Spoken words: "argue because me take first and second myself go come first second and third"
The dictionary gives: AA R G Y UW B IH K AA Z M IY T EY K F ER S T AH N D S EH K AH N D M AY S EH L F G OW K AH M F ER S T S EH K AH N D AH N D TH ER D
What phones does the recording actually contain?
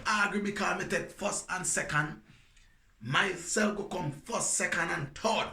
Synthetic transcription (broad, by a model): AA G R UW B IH K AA M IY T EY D F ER S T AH N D S EH K AH N D M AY S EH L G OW K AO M F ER S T S EH K AH N D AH N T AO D